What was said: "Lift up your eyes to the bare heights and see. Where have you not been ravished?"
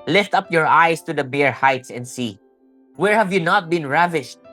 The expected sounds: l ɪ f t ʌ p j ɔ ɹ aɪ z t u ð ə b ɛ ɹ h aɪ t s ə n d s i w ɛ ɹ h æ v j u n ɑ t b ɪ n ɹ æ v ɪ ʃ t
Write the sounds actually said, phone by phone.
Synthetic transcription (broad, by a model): l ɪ f t ʌ p j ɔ ɹ aɪ s t u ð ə b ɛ ɹ h aɪ t s ə n d s i w ɛ ɹ h æ v j u n ɑ t b ɪ n ɹ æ v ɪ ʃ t